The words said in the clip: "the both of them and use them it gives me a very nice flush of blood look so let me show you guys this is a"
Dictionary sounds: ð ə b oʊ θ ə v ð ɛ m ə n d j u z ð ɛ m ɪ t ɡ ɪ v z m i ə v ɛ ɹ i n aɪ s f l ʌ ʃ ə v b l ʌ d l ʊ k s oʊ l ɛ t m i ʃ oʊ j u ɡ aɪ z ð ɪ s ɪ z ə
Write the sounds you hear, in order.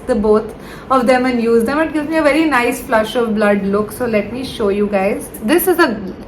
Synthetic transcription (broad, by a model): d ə b oʊ t ə v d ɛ m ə n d j u z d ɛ m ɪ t ɡ ɪ v z m i ə v ɛ ɹ i n aɪ s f l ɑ ʃ ə v b l ʌ d l ʊ k s oʊ l ɛ t m i ʃ oʊ j u ɡ aɪ z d ɪ s ɪ z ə